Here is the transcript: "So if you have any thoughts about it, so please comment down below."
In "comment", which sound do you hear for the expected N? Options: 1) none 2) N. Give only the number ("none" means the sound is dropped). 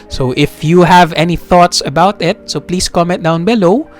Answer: 1